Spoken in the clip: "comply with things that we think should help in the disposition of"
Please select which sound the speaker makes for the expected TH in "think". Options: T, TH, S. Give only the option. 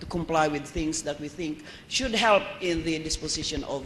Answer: TH